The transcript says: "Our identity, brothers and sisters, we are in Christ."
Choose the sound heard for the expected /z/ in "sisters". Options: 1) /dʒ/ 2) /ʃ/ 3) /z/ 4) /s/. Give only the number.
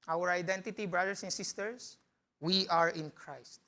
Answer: 4